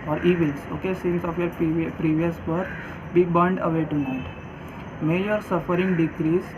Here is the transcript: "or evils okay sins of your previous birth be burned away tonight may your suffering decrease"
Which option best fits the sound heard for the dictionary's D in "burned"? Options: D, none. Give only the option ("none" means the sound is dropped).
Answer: D